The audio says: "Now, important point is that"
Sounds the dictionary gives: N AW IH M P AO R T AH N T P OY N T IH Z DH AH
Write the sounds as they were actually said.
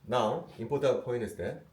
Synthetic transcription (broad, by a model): N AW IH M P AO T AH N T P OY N IH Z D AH